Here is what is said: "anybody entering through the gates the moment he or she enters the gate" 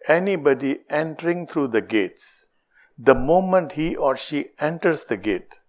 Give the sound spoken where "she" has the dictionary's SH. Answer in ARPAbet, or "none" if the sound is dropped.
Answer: SH